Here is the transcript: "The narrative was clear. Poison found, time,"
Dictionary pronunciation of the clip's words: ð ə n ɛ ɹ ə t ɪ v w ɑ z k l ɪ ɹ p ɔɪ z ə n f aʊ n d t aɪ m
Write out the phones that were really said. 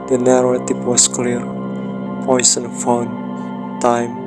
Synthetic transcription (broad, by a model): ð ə n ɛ ɹ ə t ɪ p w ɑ s k l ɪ ɹ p ɔɪ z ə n f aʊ n t aɪ m